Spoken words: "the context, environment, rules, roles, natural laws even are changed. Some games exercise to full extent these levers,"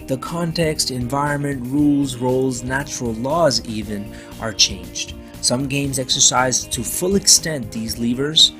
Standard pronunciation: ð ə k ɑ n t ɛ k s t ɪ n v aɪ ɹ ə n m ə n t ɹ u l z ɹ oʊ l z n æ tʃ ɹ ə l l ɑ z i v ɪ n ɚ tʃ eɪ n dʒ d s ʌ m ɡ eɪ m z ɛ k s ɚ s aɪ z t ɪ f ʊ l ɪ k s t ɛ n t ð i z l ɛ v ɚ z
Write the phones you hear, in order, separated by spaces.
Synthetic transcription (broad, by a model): ð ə k ɑ n t ɛ k s t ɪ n v aɪ ɹ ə n m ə n t ɹ u l z ɹ oʊ l z n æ tʃ ɹ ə l l ɑ z i v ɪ n ɚ tʃ eɪ n dʒ d s ʌ m ɡ eɪ m z ɛ k s ɚ s aɪ z t ɪ f ʊ l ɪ k s t ɛ n ð i z l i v ɚ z